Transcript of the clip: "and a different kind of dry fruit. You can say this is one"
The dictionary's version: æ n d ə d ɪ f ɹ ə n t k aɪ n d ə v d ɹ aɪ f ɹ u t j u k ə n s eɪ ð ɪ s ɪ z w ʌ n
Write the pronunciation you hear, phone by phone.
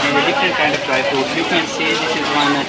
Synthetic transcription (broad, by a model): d ə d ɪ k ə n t k aɪ n d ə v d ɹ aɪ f u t j u k ə n s eɪ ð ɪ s ɪ z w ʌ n